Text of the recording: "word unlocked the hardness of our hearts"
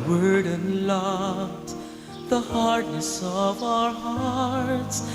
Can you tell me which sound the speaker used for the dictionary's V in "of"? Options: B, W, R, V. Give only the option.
V